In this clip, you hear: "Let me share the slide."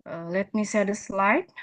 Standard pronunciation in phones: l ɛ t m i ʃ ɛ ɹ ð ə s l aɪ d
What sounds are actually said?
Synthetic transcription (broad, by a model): l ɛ t m i s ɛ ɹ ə s l aɪ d